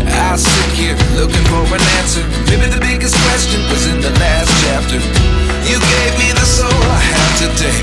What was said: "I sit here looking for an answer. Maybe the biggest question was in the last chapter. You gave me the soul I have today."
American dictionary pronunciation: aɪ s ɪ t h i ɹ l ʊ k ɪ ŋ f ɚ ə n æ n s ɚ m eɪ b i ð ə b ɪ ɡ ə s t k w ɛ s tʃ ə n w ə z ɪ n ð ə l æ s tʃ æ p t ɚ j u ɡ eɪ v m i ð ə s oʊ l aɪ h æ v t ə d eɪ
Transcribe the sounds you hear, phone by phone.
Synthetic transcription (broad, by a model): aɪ s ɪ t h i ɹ l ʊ k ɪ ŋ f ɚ ə n æ n s ɚ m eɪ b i ð ə b ɪ ɡ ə s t k w ɛ s tʃ ə n w ə z ɪ n ð ə l æ s tʃ æ p t ɚ j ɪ ɡ eɪ v m i ð ə s oʊ l aɪ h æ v t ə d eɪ